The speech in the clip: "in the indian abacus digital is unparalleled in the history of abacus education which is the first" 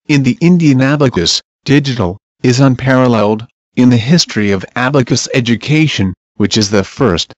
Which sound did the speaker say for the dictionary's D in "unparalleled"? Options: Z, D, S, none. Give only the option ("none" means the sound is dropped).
D